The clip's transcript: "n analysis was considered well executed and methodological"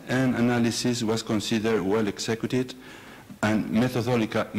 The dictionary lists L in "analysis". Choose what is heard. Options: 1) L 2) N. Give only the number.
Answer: 1